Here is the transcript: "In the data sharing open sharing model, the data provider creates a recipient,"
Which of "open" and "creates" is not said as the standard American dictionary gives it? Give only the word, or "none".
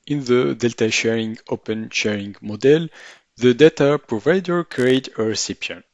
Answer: creates